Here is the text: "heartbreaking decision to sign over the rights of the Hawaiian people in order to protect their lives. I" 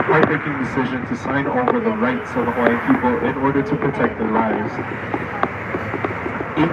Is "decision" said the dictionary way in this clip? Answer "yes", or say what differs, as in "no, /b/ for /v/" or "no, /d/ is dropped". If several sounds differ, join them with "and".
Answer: yes